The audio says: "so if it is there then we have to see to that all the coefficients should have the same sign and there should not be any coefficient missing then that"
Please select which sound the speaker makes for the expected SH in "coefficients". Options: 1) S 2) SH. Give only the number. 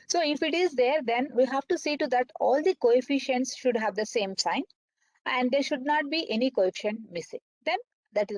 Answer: 2